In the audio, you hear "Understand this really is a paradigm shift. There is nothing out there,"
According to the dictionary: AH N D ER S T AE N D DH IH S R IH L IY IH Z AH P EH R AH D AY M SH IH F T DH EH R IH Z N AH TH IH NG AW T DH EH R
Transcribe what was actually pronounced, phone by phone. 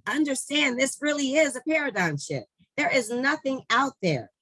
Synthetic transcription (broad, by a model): AH N D ER S T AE N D DH IH S R IH L IY IH Z AH P EH R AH D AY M SH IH T DH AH R IH Z N AH TH IH NG AW T DH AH R